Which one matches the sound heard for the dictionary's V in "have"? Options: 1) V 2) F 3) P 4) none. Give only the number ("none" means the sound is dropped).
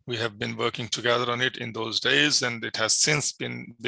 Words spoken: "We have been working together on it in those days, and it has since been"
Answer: 1